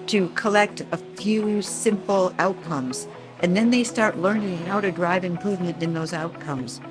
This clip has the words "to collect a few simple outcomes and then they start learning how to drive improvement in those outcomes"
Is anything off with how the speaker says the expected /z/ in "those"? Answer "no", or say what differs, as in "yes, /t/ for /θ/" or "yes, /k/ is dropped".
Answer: no